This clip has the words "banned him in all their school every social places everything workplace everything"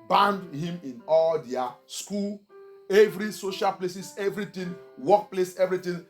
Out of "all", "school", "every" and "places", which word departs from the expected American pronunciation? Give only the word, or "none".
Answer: places